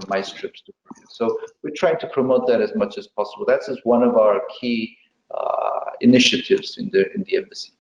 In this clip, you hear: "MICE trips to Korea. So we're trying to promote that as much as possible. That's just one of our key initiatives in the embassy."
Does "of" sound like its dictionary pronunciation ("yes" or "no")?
yes